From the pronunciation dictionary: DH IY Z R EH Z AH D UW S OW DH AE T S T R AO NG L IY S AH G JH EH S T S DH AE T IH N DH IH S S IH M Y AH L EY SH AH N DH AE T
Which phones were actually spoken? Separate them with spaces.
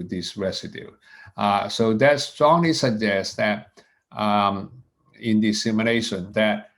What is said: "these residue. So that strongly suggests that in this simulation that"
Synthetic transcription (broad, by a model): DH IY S R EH S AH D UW S OW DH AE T S T R AO NG L IY S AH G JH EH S S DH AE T IH N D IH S S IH M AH N EY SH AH N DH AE T